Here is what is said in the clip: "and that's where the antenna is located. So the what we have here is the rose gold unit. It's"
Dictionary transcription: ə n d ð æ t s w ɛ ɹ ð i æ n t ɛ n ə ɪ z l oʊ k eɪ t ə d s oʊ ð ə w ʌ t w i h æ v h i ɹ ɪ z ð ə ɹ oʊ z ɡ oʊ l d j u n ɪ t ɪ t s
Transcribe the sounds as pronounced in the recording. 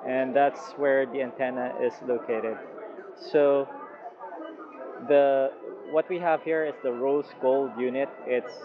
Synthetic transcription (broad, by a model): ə n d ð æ t s w ɛ ɹ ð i æ n t ɛ n ə ɪ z l oʊ k eɪ t ə d s oʊ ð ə w ʌ t w i h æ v h i ɹ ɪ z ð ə ɹ oʊ s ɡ oʊ l d j u n ɪ t ɪ t s